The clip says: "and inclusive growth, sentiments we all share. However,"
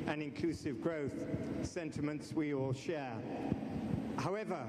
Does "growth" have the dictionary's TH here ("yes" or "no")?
yes